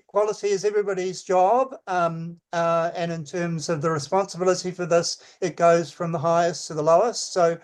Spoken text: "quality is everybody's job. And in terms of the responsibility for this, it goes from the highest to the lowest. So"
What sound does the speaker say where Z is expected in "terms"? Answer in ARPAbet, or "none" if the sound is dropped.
Z